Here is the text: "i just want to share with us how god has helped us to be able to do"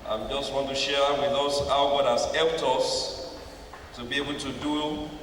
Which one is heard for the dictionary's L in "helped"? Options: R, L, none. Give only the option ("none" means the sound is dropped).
none